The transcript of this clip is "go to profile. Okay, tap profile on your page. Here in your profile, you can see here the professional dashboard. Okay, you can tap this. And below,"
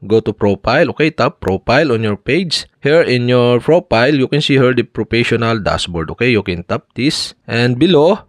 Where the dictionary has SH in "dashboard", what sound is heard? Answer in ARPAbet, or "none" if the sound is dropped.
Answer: S